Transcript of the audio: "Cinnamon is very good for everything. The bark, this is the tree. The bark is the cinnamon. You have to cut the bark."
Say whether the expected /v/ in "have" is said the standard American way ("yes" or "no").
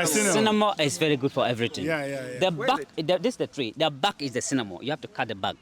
no